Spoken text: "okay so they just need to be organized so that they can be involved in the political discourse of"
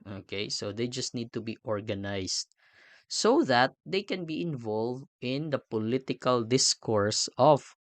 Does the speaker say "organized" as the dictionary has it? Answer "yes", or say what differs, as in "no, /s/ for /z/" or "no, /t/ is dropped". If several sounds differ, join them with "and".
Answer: no, /s/ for /z/